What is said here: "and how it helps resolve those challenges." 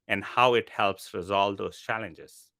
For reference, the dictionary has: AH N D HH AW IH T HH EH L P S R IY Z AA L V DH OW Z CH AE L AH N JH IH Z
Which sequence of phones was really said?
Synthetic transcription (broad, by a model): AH N D HH AW IH T HH EH L P S R IY Z AA L V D OW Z CH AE L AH N JH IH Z